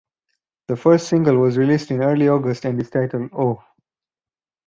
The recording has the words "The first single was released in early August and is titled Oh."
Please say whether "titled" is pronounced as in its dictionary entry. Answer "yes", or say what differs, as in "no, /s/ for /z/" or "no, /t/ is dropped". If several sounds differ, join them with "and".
yes